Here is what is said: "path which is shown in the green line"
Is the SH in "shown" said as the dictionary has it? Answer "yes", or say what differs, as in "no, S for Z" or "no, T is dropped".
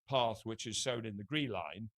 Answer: no, S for SH